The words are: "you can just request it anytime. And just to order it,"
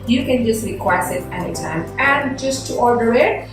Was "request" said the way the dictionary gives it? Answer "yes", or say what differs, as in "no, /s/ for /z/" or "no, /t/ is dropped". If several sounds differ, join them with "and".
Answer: no, /t/ is dropped